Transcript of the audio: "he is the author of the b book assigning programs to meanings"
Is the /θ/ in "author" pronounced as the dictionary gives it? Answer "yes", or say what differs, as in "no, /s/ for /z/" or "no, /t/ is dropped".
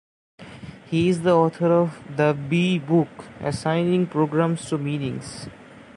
no, /t/ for /θ/